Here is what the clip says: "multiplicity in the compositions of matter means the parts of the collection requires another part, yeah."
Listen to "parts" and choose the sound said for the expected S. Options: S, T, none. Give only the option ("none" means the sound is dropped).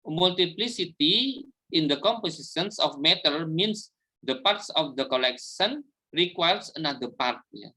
S